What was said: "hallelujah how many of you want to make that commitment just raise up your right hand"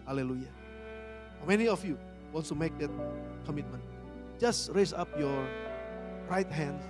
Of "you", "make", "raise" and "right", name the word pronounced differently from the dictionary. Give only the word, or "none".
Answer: raise